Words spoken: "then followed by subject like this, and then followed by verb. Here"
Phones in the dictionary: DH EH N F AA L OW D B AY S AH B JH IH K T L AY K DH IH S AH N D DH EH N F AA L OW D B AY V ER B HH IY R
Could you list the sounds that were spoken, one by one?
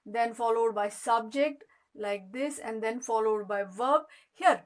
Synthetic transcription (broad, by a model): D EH N F AA L OW D B AY S AH B JH IH K T L AY K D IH S AH N D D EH N F AA L OW D B AY V ER B HH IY R